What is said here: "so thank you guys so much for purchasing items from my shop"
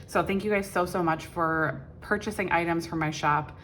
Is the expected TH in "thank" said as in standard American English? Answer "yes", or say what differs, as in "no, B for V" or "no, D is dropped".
yes